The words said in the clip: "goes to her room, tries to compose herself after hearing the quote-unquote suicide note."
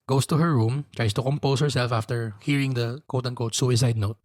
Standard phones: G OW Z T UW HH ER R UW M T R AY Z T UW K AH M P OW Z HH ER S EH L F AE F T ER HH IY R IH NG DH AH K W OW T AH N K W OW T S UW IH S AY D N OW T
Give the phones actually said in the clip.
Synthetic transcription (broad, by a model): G OW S T UW HH ER R UW M T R AY S T UW K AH M P OW S HH ER S EH L F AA F T ER HH IY R IH NG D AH K OW T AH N K OW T S UW IH S AY D N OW T